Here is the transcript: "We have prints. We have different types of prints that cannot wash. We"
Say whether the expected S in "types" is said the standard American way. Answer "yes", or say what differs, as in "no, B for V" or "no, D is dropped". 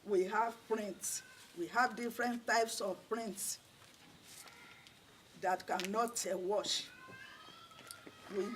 yes